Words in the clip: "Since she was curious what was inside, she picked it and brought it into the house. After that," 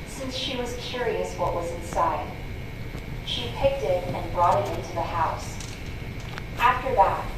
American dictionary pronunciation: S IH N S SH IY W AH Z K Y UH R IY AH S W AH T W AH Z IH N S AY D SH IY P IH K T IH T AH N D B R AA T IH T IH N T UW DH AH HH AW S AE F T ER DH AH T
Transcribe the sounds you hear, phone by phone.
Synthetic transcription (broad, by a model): S IH N S SH IY W AH Z K Y UH R IY AH S W AH T W AH Z IH N S AY D SH IY P IH K T IH T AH N B R AA T IH T IH N T UW DH AH HH AW S AE F T ER DH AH T